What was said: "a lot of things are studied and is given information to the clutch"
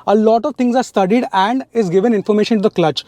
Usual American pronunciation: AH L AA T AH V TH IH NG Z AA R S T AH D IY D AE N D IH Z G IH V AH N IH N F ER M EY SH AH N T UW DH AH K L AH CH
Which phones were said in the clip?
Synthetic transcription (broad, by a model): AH L AA T AH V T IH NG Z AA R S T AH D IY D AE N D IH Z G IH V AH N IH N F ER M EY SH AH N T UW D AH K L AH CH